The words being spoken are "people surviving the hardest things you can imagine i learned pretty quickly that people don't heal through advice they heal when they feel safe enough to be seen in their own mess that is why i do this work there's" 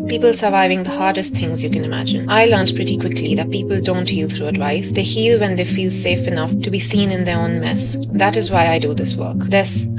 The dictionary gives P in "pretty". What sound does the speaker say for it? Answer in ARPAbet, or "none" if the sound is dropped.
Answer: P